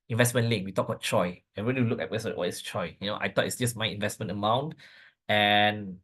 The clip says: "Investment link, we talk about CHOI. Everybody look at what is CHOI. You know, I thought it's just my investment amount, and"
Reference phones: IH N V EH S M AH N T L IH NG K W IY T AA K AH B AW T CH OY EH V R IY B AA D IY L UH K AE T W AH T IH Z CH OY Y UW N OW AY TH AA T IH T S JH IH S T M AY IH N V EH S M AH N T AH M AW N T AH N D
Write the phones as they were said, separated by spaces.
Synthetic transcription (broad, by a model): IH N V EH S M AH N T L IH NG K W IY T AA K AH B AW T CH OY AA R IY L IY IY L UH K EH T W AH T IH S CH OY Y UW N OW AY T AA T IH T S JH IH S M AY IH N V EH S M AH N T AH M AW N T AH N